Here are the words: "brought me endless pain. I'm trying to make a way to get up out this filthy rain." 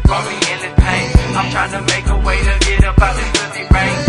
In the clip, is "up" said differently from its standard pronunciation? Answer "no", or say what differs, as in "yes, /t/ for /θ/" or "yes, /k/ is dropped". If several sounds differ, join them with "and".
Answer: yes, /b/ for /p/